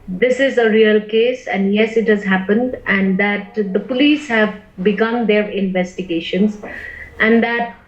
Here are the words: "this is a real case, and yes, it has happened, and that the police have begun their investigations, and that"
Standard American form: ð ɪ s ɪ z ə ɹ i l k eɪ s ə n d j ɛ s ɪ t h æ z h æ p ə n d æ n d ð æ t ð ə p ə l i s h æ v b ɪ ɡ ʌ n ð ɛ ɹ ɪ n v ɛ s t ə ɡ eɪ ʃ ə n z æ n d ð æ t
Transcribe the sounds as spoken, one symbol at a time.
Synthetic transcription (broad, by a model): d ɪ s ɪ z ə ɹ i l k eɪ s ə n d j ɛ s ɪ t h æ z h æ p ə n d æ n d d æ t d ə p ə l i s h æ v b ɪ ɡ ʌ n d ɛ ɹ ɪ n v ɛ s t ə ɡ eɪ ʃ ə n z æ n d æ t